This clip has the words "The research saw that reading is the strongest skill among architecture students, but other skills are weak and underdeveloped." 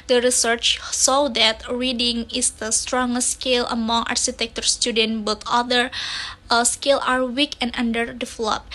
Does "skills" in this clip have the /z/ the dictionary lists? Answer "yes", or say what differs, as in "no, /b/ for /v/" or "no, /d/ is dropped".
no, /z/ is dropped